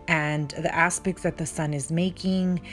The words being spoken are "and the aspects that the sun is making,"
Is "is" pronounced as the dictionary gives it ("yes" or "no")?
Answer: yes